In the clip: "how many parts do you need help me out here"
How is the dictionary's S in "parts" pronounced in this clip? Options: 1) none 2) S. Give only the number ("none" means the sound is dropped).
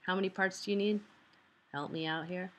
2